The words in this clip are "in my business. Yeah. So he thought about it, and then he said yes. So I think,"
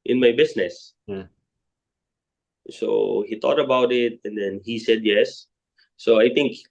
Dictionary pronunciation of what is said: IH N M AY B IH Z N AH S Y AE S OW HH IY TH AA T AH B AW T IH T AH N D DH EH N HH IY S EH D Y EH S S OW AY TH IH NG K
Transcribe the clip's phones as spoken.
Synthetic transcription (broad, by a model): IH N M AY B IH S N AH S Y S OW HH IY T AA T AH B AW T IH T AH N D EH N HH IY S EH D Y EH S S OW AY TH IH NG K